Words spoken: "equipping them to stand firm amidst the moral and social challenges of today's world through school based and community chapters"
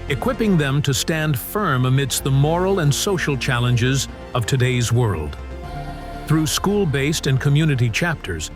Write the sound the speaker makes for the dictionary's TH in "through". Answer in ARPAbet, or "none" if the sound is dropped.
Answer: TH